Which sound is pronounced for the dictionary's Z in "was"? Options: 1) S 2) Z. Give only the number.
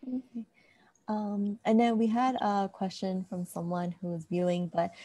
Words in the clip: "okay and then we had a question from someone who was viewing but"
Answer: 2